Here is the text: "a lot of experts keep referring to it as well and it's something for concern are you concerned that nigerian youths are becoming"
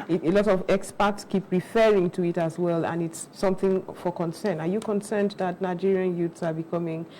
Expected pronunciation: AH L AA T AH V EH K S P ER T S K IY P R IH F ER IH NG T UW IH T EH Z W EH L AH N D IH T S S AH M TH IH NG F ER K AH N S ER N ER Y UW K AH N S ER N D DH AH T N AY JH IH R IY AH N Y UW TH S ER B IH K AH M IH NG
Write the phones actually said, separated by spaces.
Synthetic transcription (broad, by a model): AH L AA T AH V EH K S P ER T S K IY P R IH F ER IH NG T UW IH T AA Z W EH L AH N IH T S S AH M TH IH NG F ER K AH N S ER N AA Y UW K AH N S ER N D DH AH T N AY JH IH R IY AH N Y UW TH S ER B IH K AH M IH NG